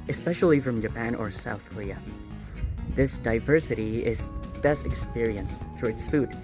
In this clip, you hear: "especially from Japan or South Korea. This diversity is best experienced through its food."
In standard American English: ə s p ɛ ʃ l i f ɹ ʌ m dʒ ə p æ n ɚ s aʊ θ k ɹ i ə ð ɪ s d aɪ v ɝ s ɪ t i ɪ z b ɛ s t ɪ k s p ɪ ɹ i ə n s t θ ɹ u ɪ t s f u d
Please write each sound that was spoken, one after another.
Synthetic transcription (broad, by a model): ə s p ɛ ʃ l i f ɹ ʌ m dʒ ə p æ n ɚ s aʊ θ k ɹ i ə ð ɪ s d aɪ v ɝ s ɪ t i ɪ z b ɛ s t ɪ k s p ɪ ɹ i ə n s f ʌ ɹ ɪ t s f u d